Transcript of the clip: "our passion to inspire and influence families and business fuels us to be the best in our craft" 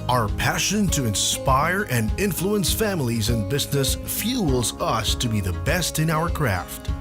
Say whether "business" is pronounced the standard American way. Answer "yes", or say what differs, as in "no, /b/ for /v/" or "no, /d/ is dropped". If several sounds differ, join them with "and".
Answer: yes